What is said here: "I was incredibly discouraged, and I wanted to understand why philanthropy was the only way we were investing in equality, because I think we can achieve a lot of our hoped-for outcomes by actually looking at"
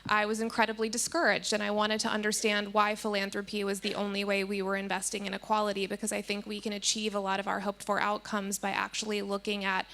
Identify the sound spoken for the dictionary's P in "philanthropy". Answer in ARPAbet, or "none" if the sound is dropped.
P